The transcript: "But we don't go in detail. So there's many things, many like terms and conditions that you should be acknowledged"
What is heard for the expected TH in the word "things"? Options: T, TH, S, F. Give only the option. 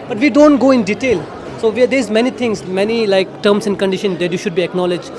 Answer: T